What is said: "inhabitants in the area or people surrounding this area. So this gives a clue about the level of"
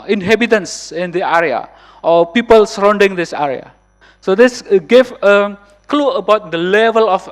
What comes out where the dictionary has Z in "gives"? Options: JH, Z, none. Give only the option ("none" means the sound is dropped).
none